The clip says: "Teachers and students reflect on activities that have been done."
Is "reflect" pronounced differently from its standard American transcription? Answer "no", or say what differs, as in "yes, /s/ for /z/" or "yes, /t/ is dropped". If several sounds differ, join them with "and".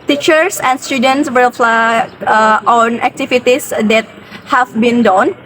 yes, /w/ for /ɹ/